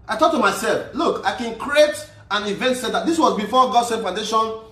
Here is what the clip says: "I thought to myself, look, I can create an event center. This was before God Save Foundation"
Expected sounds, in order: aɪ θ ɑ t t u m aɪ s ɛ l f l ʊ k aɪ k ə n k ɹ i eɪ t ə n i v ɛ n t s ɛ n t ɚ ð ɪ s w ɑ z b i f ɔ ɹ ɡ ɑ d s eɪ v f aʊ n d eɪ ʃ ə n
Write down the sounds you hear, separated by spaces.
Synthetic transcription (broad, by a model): aɪ t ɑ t t u m aɪ s ɛ l f l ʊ k aɪ k ə n k ɹ i eɪ t ə n i v ɛ n t s ɛ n t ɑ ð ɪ s w ɑ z b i f ɔ ɡ ɑ d s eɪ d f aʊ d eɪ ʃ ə n